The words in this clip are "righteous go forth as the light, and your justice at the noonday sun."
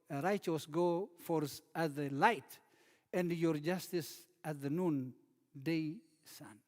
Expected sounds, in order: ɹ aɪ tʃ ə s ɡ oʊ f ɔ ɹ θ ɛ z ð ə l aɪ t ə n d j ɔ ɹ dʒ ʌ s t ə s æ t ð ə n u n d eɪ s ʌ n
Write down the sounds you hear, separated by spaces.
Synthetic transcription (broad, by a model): ɹ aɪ tʃ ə s ɡ oʊ f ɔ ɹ s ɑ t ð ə l aɪ t ə n d j ɔ ɹ dʒ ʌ s t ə s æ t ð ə n u n d eɪ s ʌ n